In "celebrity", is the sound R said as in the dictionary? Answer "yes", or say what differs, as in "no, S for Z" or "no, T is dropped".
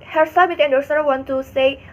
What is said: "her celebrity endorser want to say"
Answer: no, R is dropped